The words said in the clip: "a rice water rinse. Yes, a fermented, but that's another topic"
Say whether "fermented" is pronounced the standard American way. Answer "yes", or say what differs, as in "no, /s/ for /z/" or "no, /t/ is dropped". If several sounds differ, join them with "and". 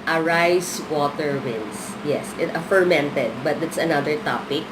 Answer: yes